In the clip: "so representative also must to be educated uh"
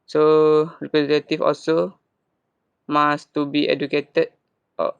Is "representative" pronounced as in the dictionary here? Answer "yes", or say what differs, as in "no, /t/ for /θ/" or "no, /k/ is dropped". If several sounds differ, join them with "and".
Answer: no, /f/ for /v/